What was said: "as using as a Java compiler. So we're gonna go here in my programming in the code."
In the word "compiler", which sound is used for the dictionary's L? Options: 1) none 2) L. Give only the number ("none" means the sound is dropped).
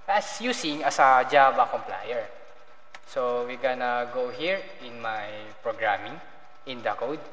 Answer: 1